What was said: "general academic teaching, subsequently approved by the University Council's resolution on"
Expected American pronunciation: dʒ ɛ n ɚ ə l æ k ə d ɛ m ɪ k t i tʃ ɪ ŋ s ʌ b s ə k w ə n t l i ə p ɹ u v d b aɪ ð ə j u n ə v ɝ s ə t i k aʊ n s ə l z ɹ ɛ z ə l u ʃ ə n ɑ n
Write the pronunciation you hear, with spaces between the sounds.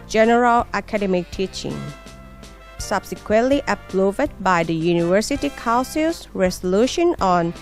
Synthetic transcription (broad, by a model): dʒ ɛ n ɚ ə l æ k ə d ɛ m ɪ k t i tʃ ɪ ŋ s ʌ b s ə k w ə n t l i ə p l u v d b aɪ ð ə j u n ə v ɝ s ə t i k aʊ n s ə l s ɹ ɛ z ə l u ʃ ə n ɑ n